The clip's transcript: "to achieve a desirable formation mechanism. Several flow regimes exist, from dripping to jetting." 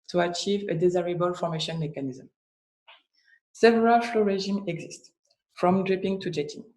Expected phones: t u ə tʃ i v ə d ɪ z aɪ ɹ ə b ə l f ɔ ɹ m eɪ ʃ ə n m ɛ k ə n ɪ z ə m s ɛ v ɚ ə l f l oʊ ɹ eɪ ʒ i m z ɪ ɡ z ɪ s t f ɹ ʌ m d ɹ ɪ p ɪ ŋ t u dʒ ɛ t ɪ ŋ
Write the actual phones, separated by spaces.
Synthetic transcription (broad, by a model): t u ə tʃ i v ə d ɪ z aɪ ɹ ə b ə l f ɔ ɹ m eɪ ʃ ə n m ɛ k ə n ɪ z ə m s ɛ v ɚ ə l f l oʊ ɹ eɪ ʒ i m ɪ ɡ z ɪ s t f ɹ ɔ m d ɹ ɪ p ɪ ŋ t u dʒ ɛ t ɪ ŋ